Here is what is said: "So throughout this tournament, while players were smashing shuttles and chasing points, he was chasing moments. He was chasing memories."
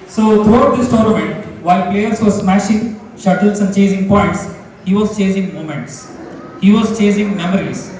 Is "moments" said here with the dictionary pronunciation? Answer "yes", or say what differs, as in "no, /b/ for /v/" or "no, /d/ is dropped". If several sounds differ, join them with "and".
yes